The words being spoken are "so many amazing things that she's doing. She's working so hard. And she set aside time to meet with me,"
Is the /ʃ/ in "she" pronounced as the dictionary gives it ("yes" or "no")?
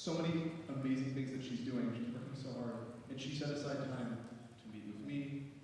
yes